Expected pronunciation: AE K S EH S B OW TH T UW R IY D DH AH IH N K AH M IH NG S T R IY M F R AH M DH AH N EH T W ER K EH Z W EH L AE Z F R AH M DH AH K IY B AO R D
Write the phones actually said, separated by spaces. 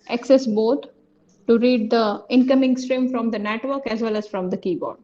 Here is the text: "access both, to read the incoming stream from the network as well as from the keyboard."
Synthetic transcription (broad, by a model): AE K S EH S B OW T T UW R IY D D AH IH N K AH M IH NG S T R IY M F R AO M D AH N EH T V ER K EH Z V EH L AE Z F R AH M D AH K IY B AO R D